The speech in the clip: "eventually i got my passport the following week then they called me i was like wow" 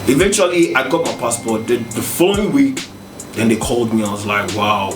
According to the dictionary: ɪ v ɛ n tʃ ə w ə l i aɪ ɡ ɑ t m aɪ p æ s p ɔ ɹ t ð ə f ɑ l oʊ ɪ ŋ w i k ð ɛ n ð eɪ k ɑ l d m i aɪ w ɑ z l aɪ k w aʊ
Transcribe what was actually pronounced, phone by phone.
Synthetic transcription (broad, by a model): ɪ v ɛ n tʃ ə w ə l i aɪ ɡ ɑ t m aɪ p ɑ s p ɔ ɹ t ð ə f ɑ l oʊ ɪ ŋ w i k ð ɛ n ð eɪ k ɑ l d m i aɪ w ɑ z l aɪ k w aʊ